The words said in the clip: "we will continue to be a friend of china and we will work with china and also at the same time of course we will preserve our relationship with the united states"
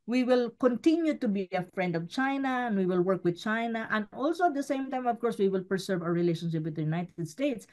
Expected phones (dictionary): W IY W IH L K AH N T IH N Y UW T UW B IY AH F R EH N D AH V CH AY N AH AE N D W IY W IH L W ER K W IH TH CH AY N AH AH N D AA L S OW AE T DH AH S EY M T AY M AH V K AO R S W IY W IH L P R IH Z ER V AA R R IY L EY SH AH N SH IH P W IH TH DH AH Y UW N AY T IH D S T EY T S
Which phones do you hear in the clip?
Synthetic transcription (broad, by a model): W IY W IH L K AH N T IH N Y UW T UW B IY AH F R EH N D AH V CH AY N AH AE N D W IY W IH L W ER K W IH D CH AY N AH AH N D AA L S OW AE T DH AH S EY M T AY M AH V K AO R S W IY W IH L P R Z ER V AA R R IY L EY SH AH N SH IH P W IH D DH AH Y UW N AY T IH D S T EY T S